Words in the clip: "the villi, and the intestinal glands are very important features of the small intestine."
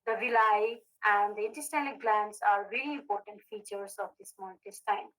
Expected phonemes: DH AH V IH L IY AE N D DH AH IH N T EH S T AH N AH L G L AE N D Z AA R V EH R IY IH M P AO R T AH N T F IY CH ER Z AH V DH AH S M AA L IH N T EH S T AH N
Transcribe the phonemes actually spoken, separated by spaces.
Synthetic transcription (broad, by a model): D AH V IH L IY AE N D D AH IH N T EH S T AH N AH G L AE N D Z AA R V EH L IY IH M P AO R T AH N T F IY CH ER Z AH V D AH S M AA N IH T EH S T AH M